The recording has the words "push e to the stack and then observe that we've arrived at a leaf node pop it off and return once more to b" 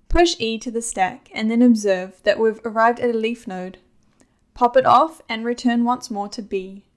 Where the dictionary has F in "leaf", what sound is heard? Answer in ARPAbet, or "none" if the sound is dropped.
F